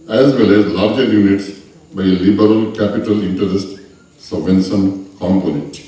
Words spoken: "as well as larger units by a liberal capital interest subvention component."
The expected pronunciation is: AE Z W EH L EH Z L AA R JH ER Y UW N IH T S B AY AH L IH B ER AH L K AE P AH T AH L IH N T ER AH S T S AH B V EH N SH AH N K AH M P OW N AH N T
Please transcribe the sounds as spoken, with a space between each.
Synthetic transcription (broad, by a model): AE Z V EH L EH Z L AA R JH ER Y UW N IH T S B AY AH L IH B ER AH L K AE P AH T AH L IH N T ER AH S T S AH V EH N S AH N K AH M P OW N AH